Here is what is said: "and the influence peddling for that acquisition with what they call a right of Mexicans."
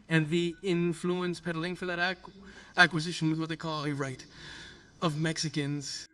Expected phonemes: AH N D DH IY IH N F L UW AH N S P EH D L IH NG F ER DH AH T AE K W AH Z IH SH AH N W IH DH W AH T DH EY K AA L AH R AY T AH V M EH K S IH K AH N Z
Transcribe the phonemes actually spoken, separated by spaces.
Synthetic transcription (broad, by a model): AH N DH IY IH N F L UW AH N S P EH D L IH NG F ER DH AH T AE K W AH Z IH SH AH N W IH DH W AH T DH EY K AA L AH R AY T AH V M EH K S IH K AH N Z